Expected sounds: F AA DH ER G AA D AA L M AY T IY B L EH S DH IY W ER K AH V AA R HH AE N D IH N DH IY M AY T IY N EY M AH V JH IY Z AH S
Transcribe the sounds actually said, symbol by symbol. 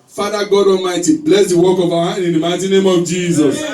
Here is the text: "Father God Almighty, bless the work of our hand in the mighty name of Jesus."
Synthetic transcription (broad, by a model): F AA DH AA G AA D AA M AY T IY B L EH S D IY W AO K AH V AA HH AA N IH N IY M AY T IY N EY M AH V JH IY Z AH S